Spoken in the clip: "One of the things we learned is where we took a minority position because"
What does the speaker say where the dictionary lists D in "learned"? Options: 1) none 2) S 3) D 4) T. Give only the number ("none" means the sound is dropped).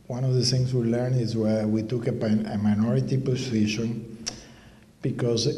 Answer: 1